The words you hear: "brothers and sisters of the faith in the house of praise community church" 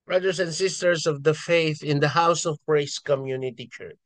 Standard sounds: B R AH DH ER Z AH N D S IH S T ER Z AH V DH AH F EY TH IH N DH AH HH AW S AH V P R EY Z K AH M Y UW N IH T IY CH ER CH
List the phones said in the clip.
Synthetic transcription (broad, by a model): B R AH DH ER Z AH N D S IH S T ER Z AH V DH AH F EY TH IH N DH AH HH AW S AH V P R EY S K AH M Y UW N IH T IY CH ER CH